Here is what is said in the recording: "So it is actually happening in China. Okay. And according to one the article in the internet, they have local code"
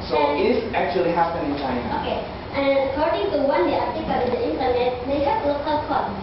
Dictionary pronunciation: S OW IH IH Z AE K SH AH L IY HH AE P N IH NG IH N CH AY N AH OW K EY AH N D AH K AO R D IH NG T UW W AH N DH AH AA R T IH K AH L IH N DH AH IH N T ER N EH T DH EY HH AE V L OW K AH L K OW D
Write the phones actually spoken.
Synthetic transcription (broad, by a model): S OW IH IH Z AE K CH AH L IY HH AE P IH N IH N CH AY N AH OW K EY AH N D AH K AO R D IH NG T UW W AH N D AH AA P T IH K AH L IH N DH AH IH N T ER N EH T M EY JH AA P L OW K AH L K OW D